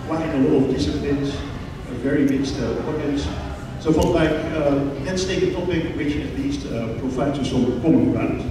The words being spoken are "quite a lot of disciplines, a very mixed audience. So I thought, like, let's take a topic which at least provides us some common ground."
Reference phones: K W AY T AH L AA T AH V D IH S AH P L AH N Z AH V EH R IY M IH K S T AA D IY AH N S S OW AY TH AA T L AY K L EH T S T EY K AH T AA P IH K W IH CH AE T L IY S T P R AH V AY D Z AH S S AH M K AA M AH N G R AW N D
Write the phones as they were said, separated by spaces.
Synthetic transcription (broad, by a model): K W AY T AH L AA T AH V D IH S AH P L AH N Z AH V EH R IY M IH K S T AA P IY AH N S S OW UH F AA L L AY K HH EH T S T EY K AH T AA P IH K W IH CH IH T L IY S T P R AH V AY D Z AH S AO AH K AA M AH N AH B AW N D